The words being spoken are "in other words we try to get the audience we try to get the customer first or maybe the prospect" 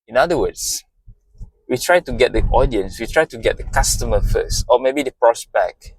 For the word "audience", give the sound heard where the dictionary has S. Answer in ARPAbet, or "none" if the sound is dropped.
S